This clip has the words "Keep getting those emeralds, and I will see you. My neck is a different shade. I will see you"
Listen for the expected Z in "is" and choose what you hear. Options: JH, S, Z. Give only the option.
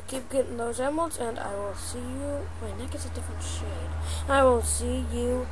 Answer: S